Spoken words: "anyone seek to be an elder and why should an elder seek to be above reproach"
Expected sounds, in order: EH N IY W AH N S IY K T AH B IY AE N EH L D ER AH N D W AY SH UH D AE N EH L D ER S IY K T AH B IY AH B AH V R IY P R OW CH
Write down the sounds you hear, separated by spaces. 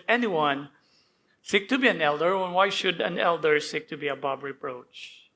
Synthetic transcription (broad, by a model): EH N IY W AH N S IY K T AH B IY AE N EH L D ER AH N W AY SH UH D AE N EH L D ER S IY K T AH B IY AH B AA B R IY P R OW CH